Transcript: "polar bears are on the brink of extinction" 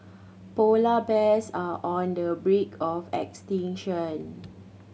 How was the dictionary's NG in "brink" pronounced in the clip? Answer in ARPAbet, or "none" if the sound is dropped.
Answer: none